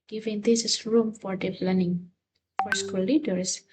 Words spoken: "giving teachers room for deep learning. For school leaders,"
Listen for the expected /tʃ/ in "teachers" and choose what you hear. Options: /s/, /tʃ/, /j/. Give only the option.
/s/